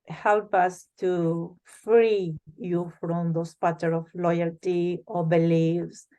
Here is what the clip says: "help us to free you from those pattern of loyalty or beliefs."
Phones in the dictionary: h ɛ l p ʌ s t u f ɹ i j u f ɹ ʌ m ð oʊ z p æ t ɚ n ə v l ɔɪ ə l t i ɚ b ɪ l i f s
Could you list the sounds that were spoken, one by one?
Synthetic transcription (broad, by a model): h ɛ l p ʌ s t u f ɹ i j u f ɹ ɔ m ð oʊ s p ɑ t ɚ ə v l ɔɪ ə l t i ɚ b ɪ l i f s